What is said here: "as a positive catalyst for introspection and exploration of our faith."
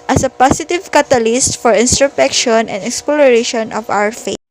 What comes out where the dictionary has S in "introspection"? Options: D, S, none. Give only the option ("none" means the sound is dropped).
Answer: none